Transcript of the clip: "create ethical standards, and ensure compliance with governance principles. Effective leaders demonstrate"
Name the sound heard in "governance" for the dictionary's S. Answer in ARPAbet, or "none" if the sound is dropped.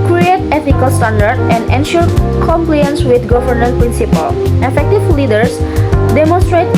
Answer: none